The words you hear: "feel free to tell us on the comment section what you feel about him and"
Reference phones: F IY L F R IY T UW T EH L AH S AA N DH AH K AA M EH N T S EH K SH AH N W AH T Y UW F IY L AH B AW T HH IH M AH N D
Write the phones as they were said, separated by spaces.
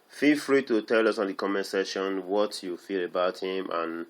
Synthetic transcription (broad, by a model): F IY L F R IY T UW T EH L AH S AA N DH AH K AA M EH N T S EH SH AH N W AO T Y UW F IY L AH B AW T HH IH M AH N